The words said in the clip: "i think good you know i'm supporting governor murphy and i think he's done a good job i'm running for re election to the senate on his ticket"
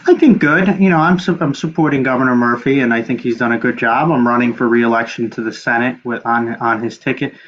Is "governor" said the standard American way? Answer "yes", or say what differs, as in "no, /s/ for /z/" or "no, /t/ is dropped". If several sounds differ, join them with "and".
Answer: yes